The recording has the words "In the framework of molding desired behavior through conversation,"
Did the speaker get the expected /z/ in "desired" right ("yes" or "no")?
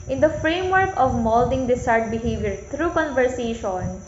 no